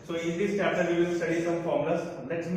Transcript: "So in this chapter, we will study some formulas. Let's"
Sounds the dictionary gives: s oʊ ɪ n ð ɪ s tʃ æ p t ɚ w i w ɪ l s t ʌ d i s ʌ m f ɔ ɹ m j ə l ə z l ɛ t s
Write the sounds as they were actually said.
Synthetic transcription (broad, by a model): s oʊ ɪ n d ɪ s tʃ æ t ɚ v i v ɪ l s t ʌ d i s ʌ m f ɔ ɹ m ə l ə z l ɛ t s